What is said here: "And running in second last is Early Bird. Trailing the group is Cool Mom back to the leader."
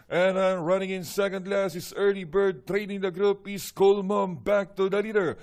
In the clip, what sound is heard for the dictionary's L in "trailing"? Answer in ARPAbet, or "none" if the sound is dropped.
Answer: N